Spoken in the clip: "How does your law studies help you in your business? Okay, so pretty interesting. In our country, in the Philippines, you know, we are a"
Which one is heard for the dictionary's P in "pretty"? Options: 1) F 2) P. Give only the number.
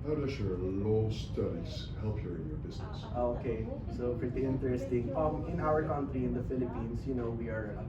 1